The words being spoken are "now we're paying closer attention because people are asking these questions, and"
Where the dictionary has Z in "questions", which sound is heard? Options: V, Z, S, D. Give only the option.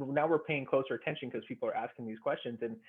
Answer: Z